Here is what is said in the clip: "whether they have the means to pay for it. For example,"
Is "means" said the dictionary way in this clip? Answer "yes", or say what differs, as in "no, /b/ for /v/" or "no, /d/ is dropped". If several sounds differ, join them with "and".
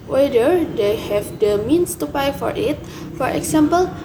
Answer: no, /s/ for /z/